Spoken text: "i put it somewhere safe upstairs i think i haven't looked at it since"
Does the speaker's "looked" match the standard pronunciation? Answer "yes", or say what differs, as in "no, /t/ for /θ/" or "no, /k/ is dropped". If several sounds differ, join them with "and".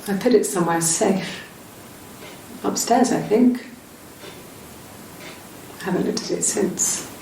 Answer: no, /k/ is dropped